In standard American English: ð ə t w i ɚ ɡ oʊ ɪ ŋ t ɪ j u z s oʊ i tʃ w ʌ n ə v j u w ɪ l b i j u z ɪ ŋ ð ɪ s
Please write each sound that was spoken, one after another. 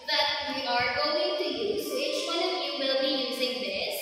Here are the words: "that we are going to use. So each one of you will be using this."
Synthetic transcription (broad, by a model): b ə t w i ɚ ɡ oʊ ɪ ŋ t ɪ j u z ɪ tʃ w ʌ n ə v j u w ɪ l b i j u z ɪ ŋ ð ɪ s